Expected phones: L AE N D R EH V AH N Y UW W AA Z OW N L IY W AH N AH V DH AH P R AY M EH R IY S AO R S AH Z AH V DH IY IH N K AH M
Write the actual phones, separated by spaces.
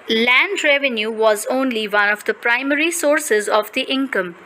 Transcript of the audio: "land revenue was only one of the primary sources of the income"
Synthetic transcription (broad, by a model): L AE N D R EH V AH N Y UW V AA Z OW N L IY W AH N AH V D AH P R AY M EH R IY S AO R S AH Z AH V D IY IH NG K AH M